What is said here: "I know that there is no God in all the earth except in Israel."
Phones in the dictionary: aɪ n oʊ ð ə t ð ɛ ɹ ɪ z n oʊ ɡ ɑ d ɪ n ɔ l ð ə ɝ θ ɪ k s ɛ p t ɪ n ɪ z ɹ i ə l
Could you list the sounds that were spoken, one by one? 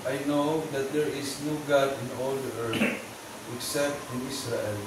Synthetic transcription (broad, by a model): aɪ n oʊ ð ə t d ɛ ɹ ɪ s n oʊ ɡ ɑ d ɪ n ɔ l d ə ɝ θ ɪ k s ɛ p t ɪ n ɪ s ɹ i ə l